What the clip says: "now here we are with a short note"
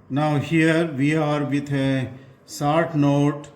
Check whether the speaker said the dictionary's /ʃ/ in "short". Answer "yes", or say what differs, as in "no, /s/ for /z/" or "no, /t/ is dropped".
no, /s/ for /ʃ/